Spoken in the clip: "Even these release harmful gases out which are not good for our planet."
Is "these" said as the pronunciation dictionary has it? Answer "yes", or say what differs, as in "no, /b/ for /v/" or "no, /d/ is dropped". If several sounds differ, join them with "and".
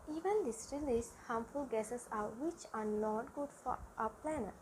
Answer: no, /s/ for /z/